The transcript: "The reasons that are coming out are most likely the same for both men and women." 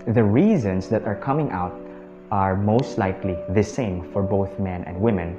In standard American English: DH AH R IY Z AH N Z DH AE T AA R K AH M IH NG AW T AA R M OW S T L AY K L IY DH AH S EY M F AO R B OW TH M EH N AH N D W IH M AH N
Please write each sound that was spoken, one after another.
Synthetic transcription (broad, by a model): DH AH R IY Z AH N S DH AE T AA R K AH M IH NG AW T AA R M OW S T L AY K L IY DH AH S EY M F AO R B OW TH M EH N AH N D W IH M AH N